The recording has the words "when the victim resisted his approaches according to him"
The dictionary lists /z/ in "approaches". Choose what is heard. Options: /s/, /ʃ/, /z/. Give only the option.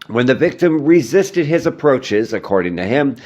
/z/